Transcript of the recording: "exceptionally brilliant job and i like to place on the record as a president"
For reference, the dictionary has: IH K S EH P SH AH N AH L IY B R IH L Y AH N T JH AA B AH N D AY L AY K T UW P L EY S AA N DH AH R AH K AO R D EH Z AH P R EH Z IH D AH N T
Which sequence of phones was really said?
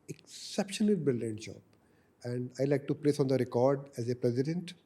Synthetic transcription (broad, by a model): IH K S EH P SH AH N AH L B IH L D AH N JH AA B AH N D AY L AY K T UW P L EY S AA N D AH R AH K AO R D EH Z AH P R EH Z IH D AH N T